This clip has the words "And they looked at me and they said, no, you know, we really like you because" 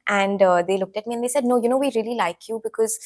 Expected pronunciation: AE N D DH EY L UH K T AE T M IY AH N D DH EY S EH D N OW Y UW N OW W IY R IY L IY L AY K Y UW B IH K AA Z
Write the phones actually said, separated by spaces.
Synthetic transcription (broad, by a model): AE N D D EY L UH K T AE T M IY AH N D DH EY S EH D N OW Y UW N OW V IY R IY L IY L AY K Y UW B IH K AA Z